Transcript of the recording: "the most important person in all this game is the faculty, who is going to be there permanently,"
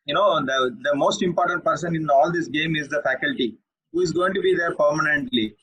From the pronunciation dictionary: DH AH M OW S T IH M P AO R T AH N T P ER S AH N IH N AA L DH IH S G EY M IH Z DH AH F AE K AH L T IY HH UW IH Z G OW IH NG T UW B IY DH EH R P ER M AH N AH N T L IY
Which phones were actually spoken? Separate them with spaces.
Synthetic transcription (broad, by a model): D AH M OW S T IH M P AO R T AH N T P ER S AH N IH N AA L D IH S G EY M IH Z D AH F AE K AH L T IY HH UW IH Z G OW IH NG T UW B IY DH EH R P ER M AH N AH N T L IY